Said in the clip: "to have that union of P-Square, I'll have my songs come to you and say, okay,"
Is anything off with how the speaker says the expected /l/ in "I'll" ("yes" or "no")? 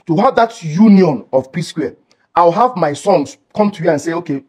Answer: yes